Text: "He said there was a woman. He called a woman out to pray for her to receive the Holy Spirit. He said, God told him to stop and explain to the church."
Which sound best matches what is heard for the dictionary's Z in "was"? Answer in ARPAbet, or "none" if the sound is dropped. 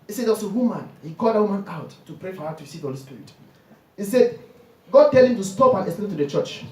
S